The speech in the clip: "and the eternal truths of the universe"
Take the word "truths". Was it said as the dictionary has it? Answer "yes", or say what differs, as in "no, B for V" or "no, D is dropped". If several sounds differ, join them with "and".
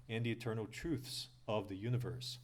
yes